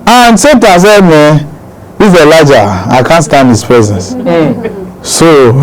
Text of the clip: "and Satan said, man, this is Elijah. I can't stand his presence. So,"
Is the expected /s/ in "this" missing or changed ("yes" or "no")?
yes